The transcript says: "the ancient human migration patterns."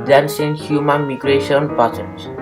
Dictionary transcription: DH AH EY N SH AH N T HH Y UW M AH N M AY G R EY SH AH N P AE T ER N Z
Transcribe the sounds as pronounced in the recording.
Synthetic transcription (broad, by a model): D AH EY N S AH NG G HH Y UW M AH N M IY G R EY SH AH N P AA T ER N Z